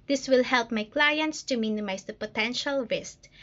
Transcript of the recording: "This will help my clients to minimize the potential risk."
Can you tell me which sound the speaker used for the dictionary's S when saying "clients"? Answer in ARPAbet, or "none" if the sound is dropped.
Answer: S